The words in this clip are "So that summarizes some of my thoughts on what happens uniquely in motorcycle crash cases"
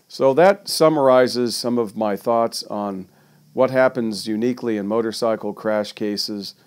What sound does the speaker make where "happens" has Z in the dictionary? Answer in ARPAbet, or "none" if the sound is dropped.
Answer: Z